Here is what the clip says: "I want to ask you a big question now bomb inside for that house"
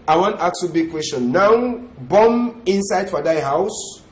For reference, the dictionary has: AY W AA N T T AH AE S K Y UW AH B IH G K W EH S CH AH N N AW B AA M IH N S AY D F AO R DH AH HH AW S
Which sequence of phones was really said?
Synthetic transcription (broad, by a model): AY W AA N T T AH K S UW B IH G K W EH S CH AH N N AW B AA M IH N S AY D F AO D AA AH HH AW S